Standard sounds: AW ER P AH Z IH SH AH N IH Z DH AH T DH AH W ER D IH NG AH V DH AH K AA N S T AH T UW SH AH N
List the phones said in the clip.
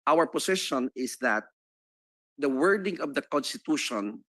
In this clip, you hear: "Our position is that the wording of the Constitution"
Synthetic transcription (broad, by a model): AW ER P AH S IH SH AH N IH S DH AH T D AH W ER D IH NG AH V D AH K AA N S T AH T UW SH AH N